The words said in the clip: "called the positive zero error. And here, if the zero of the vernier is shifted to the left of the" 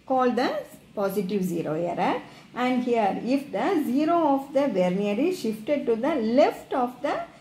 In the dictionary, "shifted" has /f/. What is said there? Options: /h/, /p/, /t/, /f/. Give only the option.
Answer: /f/